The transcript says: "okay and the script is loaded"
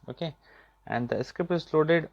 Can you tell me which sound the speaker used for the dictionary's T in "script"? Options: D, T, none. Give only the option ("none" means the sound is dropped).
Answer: none